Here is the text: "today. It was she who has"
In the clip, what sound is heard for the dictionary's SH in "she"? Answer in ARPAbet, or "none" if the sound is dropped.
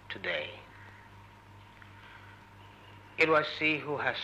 S